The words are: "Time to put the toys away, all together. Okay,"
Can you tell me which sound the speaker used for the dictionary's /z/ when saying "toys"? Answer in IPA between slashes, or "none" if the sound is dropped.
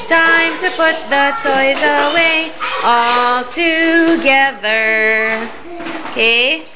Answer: /z/